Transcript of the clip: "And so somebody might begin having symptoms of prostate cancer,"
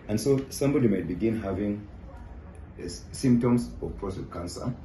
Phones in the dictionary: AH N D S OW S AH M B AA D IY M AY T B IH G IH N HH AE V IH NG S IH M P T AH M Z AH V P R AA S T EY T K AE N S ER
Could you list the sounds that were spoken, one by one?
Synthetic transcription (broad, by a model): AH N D S OW S AH M B AA D IY M AY T B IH G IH N HH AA V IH NG S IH M P T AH M S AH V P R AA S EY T K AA N S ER